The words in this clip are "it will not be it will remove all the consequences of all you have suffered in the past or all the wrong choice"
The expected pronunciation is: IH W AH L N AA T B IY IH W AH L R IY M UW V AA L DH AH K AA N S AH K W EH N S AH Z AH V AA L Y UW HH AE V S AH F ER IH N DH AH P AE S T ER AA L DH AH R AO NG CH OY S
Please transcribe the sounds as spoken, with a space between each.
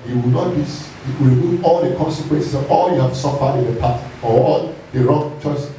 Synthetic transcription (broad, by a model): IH W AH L N AA T B IY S R IY M UW V AA L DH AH K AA N S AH K W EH N S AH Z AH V AA L Y UW HH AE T S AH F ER IH N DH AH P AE T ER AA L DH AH R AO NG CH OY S